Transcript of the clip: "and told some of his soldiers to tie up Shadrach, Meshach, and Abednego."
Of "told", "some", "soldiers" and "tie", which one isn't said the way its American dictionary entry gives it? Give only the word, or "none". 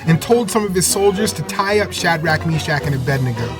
none